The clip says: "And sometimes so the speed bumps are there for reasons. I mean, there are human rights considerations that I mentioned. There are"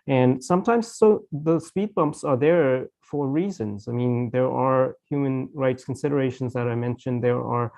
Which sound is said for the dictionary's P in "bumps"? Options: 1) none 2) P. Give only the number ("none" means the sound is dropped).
2